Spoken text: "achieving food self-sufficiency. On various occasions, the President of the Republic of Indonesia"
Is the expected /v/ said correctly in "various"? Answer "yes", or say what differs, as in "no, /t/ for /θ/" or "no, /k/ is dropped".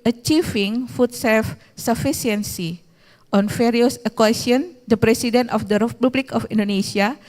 no, /f/ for /v/